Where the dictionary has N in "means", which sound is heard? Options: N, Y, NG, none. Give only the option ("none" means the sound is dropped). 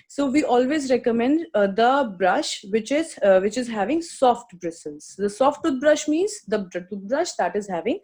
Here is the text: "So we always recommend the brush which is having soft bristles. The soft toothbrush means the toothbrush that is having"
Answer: N